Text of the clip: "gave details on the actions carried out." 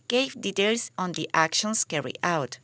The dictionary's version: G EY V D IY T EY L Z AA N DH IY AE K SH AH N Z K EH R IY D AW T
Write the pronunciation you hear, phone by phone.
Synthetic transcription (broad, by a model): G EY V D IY T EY L S AA N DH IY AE K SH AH N S K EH R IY AW T